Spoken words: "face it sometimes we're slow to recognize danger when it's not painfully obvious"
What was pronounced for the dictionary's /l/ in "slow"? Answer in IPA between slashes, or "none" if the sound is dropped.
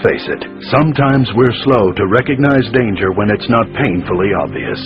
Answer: /l/